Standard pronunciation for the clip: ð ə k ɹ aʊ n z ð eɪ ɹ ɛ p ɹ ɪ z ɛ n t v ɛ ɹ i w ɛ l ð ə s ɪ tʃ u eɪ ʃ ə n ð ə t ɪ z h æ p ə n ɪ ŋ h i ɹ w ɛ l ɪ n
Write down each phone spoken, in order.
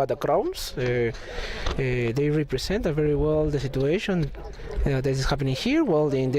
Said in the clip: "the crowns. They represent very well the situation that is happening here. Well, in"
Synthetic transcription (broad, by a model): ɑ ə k ɹ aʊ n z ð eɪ ɹ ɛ p ɹ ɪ s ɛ n t v ɛ ɹ i w ɛ l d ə s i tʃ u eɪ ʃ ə n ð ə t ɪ s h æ p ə n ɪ ŋ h i ɹ w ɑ l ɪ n